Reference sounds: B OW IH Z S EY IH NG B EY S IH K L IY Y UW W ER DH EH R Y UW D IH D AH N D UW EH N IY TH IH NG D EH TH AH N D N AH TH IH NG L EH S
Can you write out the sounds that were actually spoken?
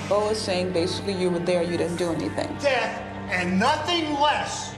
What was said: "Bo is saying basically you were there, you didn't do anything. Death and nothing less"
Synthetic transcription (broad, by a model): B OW IH Z S EY IH NG B EY S IH K L IY Y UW W ER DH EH R Y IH D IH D N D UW EH N IY TH IH NG D EH TH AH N N AH TH IH NG L EH S